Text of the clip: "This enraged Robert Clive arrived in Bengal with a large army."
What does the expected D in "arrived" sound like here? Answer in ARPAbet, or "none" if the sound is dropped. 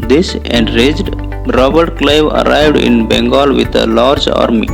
D